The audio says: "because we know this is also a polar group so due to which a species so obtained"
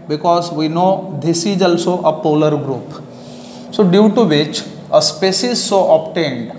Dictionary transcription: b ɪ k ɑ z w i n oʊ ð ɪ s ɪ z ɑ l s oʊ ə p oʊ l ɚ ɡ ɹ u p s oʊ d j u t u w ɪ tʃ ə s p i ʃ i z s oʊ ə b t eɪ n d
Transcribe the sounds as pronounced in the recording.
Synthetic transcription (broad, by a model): b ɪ k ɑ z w i n oʊ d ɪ s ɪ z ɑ l s oʊ ə p oʊ l ɚ ɡ ɹ u p s oʊ d j u t u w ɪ tʃ ə s p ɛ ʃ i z s oʊ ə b t eɪ n d